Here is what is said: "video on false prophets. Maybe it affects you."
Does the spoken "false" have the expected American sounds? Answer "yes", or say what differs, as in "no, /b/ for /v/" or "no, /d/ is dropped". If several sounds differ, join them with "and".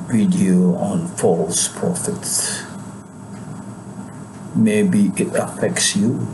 yes